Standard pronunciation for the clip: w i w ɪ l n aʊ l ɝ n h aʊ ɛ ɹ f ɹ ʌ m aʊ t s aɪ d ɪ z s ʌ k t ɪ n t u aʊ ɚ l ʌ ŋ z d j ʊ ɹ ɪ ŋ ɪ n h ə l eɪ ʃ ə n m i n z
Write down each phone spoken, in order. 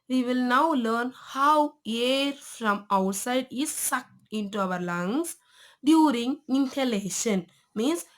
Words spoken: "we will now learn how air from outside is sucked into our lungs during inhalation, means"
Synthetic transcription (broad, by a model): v i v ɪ l n aʊ l ɝ n h aʊ ɛ ɹ f ɹ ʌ m aʊ t s aɪ d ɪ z s ʌ k t ɪ n t u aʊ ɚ l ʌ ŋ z d j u ɹ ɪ ŋ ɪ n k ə l eɪ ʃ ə n m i n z